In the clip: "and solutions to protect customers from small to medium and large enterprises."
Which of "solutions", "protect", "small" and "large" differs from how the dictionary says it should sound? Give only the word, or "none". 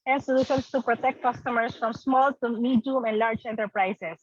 solutions